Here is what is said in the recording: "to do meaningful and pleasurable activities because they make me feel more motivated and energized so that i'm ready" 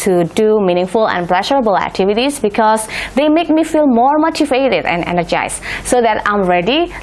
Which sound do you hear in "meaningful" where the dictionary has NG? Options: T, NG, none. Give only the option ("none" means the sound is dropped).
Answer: NG